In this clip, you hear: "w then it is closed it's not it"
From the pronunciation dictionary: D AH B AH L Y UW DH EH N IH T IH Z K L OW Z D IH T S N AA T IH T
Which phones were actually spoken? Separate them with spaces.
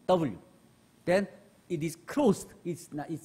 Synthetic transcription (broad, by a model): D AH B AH L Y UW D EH N IH T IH S K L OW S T IH T S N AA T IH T